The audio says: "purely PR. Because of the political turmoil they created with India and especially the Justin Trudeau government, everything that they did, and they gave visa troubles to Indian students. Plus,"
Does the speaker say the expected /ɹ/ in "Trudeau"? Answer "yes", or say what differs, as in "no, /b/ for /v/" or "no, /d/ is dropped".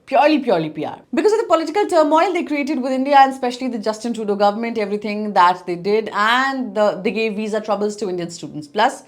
no, /ɹ/ is dropped